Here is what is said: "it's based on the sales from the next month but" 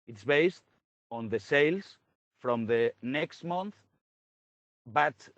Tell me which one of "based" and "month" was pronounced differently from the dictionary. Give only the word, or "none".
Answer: none